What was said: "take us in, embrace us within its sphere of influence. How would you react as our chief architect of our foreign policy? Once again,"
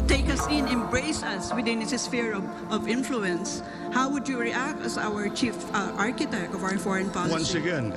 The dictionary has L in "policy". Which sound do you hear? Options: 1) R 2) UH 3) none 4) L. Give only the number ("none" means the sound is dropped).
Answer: 3